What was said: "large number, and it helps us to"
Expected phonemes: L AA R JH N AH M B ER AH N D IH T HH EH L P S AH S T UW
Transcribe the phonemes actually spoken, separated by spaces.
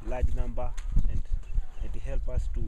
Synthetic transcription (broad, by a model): L AA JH N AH M B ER AH N D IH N HH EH L P AH S T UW